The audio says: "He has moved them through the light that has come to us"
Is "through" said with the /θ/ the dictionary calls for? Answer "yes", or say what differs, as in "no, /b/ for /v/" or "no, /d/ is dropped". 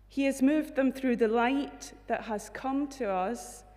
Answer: yes